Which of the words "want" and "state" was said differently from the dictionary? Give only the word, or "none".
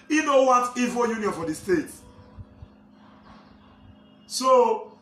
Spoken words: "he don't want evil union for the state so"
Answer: want